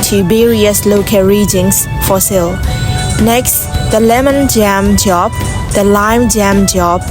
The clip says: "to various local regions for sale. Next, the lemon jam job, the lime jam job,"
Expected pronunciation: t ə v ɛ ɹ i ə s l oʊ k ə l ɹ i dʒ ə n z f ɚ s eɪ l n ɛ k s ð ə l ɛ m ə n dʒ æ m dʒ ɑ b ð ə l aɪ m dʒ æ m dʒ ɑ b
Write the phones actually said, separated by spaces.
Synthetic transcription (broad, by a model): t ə b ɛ ɹ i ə s l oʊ k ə ɹ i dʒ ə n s f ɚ s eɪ l n ɛ k s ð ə l ɛ m ə n dʒ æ m dʒ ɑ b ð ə l aɪ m dʒ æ m dʒ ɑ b